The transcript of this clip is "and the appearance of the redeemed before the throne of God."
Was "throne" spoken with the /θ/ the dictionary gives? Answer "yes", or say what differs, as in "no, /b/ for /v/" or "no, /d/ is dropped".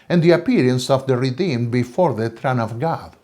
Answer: no, /t/ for /θ/